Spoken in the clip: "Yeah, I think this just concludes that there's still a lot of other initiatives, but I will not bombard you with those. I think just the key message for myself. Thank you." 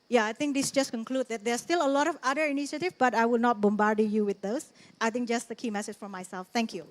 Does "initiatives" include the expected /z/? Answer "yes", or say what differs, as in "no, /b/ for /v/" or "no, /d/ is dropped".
no, /z/ is dropped